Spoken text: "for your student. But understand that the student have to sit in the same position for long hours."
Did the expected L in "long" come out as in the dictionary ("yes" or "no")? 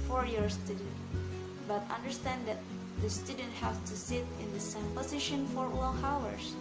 no